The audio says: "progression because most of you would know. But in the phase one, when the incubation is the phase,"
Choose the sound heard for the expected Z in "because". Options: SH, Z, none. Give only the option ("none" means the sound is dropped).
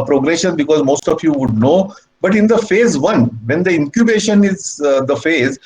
Z